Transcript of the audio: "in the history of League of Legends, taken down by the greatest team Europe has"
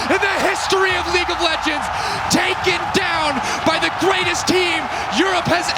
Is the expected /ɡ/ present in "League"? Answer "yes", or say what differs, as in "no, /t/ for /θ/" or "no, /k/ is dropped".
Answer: yes